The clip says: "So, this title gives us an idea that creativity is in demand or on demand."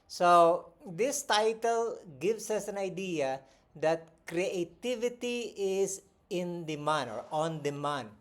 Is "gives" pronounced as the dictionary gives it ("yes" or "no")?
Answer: no